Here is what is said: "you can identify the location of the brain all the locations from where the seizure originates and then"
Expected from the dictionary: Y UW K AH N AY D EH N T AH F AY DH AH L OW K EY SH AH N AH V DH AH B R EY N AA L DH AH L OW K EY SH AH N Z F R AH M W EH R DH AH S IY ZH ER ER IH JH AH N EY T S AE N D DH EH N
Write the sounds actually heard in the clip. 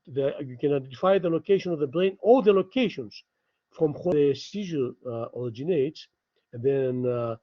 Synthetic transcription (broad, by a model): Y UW K AH N AY D EH N T AH F AY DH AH L OW K EY SH AH N AH V DH AH B R EY N AA L DH AH L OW K EY SH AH N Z F R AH M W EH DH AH S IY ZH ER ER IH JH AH N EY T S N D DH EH N